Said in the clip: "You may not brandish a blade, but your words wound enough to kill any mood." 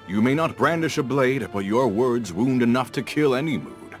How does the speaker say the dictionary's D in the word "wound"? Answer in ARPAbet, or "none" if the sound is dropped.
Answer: D